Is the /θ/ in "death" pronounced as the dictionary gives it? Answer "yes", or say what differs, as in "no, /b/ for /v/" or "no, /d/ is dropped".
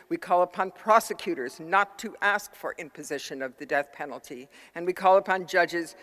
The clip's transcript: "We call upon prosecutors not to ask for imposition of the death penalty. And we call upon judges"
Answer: yes